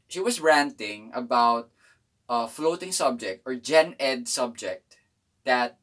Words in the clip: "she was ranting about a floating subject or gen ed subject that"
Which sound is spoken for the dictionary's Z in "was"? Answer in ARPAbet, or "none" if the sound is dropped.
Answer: S